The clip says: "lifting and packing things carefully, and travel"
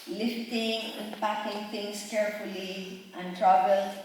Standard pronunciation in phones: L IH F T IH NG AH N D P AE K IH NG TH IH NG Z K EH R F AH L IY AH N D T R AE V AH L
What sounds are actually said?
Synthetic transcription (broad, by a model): L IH F T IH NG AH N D P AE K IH NG T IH NG S K EH R F AH L IY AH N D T R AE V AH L